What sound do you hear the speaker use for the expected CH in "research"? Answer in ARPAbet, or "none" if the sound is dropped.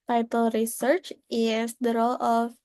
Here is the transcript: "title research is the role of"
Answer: CH